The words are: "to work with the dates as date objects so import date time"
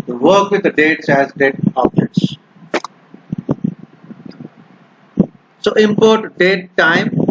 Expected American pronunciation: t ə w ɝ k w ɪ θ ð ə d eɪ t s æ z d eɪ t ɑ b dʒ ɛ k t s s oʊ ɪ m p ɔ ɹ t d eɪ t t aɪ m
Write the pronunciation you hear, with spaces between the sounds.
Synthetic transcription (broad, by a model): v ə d k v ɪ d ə d eɪ t s æ z d eɪ t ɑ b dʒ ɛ t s s oʊ ɪ m p ɔ ɹ t d eɪ t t aɪ m